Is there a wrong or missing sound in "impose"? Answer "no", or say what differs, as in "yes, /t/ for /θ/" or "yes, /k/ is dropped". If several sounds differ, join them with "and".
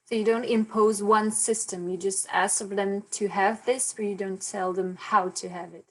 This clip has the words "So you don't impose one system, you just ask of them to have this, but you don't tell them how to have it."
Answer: no